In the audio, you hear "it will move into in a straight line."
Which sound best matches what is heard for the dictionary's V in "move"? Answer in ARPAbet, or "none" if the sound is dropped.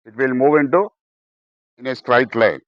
V